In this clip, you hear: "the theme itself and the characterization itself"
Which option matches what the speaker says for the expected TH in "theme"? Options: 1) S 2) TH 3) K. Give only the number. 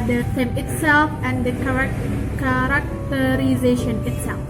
1